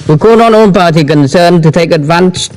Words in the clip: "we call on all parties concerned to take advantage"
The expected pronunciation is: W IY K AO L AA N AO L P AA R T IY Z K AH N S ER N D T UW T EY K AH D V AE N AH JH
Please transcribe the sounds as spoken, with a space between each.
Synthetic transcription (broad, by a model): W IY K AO N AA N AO N P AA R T IY K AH N S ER N T UW T EY K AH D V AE N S